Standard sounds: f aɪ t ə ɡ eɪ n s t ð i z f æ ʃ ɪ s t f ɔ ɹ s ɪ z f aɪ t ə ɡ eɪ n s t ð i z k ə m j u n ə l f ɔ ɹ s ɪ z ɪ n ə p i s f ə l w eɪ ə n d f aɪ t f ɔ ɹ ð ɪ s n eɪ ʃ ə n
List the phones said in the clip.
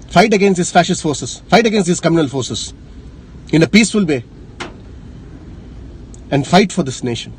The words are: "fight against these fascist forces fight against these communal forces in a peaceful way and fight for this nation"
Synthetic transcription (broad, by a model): f aɪ t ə ɡ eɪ n s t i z f æ ʃ ɪ s t f ɔ ɹ s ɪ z f aɪ t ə ɡ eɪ n s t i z k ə m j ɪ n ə l f ɔ ɹ s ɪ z ɪ n ə p i s f ə l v eɪ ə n d f aɪ t f ɔ ɹ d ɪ s n eɪ ʃ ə n